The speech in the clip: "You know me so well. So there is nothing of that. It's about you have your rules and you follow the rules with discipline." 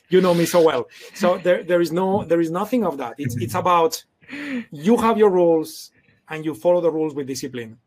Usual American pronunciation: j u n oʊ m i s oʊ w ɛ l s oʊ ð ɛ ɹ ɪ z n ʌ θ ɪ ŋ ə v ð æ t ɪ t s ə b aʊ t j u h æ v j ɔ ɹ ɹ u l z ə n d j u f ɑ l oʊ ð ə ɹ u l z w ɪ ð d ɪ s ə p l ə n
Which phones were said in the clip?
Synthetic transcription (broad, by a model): j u n oʊ m i s oʊ w ɛ l s oʊ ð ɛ ɹ ɪ z n ʌ θ ɪ ŋ ə v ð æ t ɪ t s ə b aʊ t j u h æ v j ɔ ɹ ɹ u l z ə n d j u f ɑ l oʊ ð ə ɹ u l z w ɪ ð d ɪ s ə p l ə n